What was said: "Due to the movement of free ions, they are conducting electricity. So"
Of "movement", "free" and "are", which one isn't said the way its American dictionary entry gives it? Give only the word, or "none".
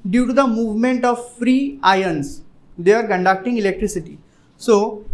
none